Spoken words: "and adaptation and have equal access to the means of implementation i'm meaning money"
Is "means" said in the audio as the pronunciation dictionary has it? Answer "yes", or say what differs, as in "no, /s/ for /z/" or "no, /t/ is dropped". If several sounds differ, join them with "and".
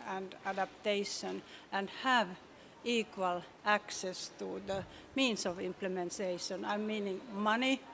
no, /s/ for /z/